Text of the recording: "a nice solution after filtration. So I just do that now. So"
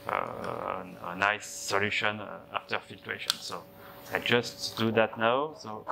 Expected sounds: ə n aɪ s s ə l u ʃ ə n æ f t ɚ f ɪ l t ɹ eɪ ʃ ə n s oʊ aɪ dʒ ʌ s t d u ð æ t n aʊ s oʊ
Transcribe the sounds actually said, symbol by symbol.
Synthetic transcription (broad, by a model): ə n aɪ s s ə l u ʃ ə n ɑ f t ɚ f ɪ t w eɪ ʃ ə n s oʊ aɪ dʒ ʌ s t d u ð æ t n aʊ s oʊ